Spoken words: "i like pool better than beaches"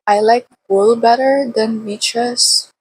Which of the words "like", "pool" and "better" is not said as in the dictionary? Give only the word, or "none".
pool